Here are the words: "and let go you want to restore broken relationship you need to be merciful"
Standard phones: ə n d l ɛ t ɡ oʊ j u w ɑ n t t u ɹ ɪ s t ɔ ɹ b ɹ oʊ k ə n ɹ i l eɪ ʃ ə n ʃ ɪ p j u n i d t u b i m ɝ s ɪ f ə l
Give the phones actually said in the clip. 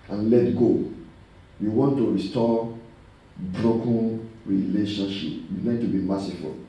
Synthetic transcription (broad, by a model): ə n l ɛ t ɡ oʊ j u w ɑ n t t u ɹ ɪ s t ɔ b ɹ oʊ k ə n ɹ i l eɪ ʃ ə n ʃ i p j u l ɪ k t u b i m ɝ s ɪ f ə l